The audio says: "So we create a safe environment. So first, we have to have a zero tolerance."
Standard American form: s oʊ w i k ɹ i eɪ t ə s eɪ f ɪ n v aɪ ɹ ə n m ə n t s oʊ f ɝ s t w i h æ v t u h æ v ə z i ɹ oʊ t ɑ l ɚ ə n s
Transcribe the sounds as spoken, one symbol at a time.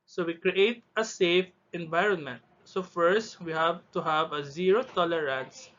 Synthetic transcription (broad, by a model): s oʊ w i k ɹ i eɪ t ə s eɪ f ɪ n v aɪ ɹ ə n m ə n t s oʊ f ɝ s t w i h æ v t u h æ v ə z i ɹ oʊ t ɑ l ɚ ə n s